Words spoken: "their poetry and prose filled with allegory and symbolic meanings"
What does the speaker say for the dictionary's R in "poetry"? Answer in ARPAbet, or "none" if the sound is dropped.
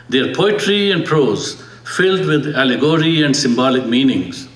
R